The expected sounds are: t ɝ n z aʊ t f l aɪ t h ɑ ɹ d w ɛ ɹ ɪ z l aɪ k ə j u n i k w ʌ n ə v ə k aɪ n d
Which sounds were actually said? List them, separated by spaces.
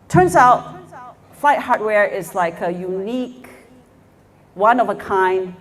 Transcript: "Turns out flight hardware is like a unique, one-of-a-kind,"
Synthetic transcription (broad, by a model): t ɝ n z aʊ t f l aɪ t h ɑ ɹ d w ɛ ɹ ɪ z l aɪ k ə j u n i k w ʌ n ə v ə k aɪ n d